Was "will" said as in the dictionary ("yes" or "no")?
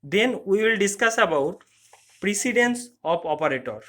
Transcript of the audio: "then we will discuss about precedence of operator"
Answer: yes